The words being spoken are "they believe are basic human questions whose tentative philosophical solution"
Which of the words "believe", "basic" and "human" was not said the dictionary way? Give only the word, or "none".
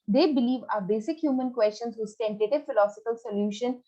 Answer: none